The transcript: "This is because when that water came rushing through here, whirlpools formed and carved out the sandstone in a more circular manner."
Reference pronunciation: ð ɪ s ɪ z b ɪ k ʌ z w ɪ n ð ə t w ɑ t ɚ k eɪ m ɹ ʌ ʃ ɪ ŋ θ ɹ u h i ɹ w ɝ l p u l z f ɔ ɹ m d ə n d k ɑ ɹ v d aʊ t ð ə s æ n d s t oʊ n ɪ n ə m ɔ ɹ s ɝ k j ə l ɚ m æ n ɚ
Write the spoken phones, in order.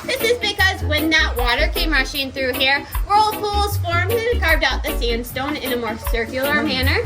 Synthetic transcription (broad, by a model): ð ɪ s ɪ z b ɪ k ʌ z w ɪ n ð ə t w ɑ t ɚ k eɪ m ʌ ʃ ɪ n θ ɹ u h i ɹ w ɝ l p u l z f ɔ ɹ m ə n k ɑ ɹ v d aʊ t ð ə s æ n d s t oʊ n ɪ n ə m ɔ ɹ s ɝ k j l ɚ m æ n ɚ